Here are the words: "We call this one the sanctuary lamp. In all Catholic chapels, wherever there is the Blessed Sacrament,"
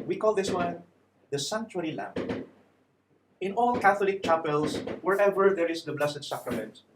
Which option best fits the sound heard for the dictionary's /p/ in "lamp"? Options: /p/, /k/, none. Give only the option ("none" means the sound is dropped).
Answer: none